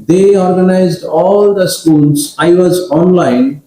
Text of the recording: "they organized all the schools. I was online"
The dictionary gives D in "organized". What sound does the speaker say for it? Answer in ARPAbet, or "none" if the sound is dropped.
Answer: D